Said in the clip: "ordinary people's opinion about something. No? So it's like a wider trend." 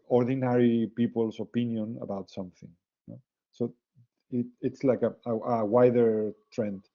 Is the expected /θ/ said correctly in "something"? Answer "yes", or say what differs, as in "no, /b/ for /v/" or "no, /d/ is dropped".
yes